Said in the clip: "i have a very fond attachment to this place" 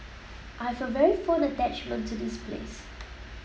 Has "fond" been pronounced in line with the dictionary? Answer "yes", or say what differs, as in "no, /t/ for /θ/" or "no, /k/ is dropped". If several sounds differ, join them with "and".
no, /d/ is dropped